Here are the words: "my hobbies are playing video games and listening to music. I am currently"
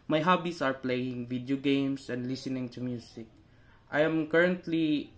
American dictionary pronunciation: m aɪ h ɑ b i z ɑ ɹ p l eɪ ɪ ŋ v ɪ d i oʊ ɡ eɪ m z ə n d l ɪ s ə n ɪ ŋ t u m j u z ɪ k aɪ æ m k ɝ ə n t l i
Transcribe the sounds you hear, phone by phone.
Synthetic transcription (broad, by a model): m aɪ h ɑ b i s ɑ ɹ p l eɪ ɪ ŋ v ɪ d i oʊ ɡ eɪ m s ə n d l ɪ s ə n ɪ ŋ t u m j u s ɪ k aɪ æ m k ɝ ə n t l i